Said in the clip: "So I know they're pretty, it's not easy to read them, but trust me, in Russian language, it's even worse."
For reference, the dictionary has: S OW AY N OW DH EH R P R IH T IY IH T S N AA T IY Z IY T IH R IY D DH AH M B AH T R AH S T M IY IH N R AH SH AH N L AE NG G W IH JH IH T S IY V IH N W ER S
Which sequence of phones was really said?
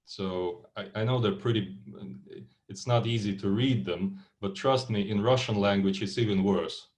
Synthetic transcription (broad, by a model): S OW AY N OW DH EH R P R IH T IY IH T S N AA T IY Z IY T IH R IY D DH AH M B AH T R AH S T M IY IH N R AH SH AH N L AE NG G W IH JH IH T S IY V IH N W ER S